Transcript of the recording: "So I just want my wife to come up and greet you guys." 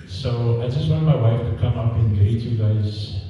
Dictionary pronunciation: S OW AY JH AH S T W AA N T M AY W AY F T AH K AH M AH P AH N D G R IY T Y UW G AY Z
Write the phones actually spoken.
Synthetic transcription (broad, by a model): S OW AY JH AH S T W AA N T M AY W AY F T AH K AH M AH P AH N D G IY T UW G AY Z